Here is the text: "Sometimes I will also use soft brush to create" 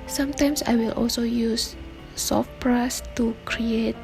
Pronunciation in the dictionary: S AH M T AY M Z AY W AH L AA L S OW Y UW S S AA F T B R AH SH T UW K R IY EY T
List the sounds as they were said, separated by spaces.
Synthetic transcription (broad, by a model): S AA M T AY M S AY W AH L AA L S OW Y UW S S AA F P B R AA S T UW K R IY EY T